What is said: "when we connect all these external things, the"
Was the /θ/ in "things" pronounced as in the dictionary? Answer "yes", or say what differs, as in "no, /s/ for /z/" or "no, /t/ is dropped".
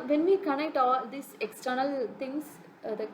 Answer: no, /t/ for /θ/